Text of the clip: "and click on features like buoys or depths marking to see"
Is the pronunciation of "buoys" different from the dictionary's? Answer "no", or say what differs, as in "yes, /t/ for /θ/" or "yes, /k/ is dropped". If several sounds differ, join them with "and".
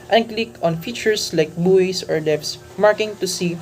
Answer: yes, /s/ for /z/